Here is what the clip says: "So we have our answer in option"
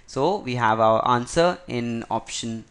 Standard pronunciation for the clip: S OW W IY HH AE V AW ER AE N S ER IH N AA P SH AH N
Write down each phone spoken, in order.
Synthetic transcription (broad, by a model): S OW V IY HH AE V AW ER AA N S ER IH N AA P SH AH N